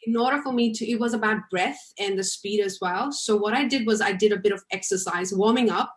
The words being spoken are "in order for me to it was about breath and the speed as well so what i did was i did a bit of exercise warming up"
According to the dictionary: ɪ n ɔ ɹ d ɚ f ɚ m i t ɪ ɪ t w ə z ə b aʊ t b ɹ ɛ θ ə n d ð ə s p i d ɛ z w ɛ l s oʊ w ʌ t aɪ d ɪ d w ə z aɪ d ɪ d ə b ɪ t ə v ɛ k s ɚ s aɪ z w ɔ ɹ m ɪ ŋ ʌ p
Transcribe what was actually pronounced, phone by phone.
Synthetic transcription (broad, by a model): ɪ n ɔ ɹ d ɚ f ɚ m i t ɪ ɪ t w ə z ə b aʊ t b ɹ ɛ θ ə n ð ə s p i d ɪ z w ɛ l s oʊ w ʌ t aɪ d ɪ d w ə z aɪ d ɪ d ə b ɪ t ə v ɛ k s ɚ s aɪ z w ɔ ɹ m ɪ ŋ ʌ p